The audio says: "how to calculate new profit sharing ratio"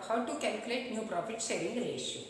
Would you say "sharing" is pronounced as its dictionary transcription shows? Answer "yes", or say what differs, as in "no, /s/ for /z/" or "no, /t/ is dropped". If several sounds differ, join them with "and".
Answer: no, /s/ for /ʃ/